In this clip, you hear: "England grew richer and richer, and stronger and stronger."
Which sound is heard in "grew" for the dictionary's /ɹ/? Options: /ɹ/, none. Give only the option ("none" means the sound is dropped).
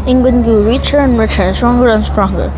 none